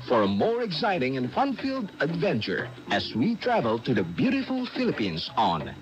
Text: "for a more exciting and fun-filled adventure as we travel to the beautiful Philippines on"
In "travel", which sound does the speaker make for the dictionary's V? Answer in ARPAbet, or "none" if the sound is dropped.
V